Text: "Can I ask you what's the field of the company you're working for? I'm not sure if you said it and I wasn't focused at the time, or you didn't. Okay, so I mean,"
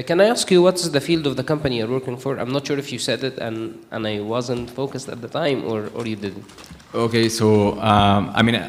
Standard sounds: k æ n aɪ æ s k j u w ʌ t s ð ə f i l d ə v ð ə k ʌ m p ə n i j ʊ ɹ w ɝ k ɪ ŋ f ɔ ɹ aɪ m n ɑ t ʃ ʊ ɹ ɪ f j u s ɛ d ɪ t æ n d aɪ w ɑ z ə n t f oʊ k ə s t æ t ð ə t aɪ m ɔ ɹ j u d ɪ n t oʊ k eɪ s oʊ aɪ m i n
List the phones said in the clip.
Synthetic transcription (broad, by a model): k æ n aɪ æ s k j u w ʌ t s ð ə f i l d ə v ð ə k ʌ m p ə n i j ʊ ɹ w ɝ k ɪ ŋ f ɔ ɹ aɪ m n ɑ t ʃ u ɹ ɪ f j u s ɛ d ɪ t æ n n aɪ w ɑ z ə n t f oʊ k ə s t æ t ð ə t aɪ m ɔ ɹ j u d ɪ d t oʊ k eɪ s oʊ aɪ m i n